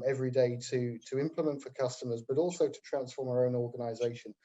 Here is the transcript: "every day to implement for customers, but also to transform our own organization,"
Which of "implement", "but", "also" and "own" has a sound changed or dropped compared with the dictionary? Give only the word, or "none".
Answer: none